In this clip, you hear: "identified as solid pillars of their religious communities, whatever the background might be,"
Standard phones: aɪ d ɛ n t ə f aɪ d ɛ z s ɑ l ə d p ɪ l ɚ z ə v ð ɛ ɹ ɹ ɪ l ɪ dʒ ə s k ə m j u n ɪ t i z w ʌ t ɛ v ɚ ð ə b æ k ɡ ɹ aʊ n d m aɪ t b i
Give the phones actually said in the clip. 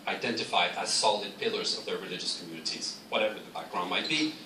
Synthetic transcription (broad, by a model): aɪ d ɛ n t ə f aɪ d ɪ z s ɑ l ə d p ɪ l ɚ z ə v ð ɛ ɹ ɹ ɪ l ɪ dʒ ə s k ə m j u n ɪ t i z w ʌ t ɛ v ɚ ð ə b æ k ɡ ɹ aʊ n m aɪ t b i